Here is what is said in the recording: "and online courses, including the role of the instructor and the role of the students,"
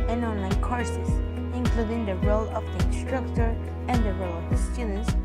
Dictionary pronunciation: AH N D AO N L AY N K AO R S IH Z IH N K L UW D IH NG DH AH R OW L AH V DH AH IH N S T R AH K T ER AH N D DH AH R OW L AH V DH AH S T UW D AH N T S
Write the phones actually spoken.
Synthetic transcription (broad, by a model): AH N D AO N L AY N K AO R S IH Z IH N K L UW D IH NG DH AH R OW L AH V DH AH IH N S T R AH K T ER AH N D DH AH R OW L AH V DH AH S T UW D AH N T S